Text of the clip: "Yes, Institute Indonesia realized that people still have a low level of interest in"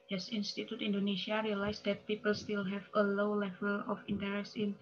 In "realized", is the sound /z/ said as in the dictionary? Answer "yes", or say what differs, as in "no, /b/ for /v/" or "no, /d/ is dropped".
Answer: no, /s/ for /z/